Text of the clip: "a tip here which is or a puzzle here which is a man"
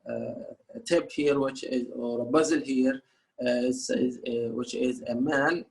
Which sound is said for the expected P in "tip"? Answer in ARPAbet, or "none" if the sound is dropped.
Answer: B